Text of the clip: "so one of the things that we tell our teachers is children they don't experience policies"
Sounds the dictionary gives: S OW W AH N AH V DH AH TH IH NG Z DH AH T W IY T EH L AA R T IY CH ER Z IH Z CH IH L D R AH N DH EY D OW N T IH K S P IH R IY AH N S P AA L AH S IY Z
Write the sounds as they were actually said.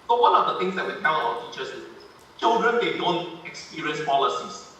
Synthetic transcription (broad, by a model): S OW W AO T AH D AH T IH NG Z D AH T W IY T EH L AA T IY CH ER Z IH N CH IH L D R AH N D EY D OW N T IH K S P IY R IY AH N S P AA L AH S IY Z